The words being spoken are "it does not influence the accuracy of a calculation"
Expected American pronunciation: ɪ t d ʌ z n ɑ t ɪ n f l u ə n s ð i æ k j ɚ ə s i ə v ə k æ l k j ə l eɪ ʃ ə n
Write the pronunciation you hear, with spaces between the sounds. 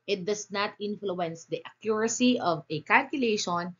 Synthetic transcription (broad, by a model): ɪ t d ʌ s n ɑ t ɪ n f l u ə n s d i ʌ k j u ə s i ə v ə k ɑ l k j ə l eɪ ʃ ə n